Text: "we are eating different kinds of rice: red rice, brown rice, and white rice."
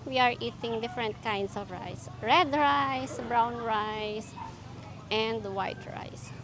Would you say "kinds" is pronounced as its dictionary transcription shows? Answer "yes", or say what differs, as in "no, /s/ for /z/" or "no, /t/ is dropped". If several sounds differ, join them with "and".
no, /s/ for /z/